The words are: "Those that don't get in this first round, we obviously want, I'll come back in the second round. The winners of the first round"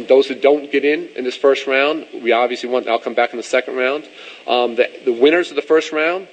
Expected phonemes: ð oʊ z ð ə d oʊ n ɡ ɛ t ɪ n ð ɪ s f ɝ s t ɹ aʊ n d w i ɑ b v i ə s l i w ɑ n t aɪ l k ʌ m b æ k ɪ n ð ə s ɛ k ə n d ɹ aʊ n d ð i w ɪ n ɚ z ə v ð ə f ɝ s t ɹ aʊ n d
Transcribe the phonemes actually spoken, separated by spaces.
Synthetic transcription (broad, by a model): ð oʊ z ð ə d oʊ n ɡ ɛ t ɪ n ð ɪ s f ɝ s t ɹ aʊ n d w i ɑ b v i ə s l i w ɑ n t aɪ l k ʌ m b æ k n ð ə s ɛ k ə n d ɹ aʊ n d ð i w ɪ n ɚ z ə v ð ə f ɝ s t ɹ aʊ n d